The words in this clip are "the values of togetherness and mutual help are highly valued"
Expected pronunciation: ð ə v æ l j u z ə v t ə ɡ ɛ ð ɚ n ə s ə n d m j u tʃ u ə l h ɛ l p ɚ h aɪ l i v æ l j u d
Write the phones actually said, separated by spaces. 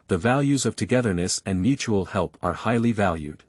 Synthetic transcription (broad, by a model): ð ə v æ l j u z ə v t ə ɡ ɛ ð ɚ n ə s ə n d m j u tʃ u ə l h ɛ l p ɚ h aɪ l i v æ l j u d